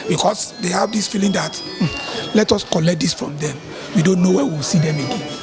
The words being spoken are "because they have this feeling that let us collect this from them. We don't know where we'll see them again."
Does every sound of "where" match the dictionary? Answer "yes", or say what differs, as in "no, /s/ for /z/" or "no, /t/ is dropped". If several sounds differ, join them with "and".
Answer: no, /w/ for /ɹ/